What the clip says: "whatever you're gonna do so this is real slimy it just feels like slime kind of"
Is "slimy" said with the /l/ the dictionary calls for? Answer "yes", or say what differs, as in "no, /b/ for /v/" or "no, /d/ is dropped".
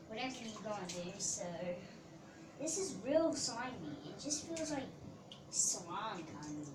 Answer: no, /l/ is dropped